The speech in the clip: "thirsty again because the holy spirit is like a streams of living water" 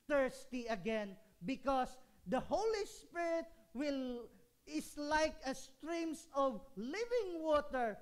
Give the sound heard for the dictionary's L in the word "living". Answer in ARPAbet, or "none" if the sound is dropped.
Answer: L